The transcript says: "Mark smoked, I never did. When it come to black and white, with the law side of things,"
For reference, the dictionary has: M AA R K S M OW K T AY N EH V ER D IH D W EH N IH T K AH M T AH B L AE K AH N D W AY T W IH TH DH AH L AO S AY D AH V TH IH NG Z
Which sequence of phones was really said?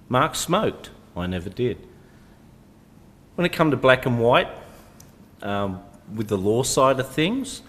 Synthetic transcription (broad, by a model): M AA R K S M OW K T AY N EH V ER D IH D W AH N IH T K AH M T AH B L AE K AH N W AY T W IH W DH AH L AO S AY D AH V TH IH NG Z